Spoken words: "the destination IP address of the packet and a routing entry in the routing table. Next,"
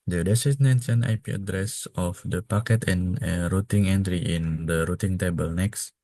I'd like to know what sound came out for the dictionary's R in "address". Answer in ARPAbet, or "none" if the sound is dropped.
R